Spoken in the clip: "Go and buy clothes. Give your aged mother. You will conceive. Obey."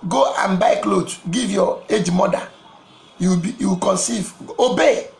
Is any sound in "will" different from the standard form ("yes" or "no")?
yes